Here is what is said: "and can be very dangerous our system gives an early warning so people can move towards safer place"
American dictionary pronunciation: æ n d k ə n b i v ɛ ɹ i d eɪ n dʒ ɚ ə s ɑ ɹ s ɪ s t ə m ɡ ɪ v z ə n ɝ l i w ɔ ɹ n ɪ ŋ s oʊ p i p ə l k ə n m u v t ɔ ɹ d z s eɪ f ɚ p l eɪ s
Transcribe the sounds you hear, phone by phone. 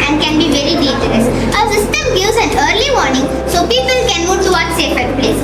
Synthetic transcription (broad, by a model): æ n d k ə n b i v ɛ ɹ i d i dʒ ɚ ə s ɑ s ɪ s t ə m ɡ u z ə n ɝ l i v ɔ ɹ n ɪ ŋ s oʊ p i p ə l k ə n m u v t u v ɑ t s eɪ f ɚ p l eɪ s